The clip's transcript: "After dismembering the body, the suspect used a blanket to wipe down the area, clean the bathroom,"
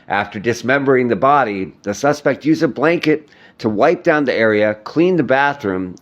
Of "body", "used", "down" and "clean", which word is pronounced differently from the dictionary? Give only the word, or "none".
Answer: used